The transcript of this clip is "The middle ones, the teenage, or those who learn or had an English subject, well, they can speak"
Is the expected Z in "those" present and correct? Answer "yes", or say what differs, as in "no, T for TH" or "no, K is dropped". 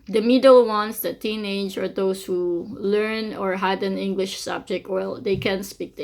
no, S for Z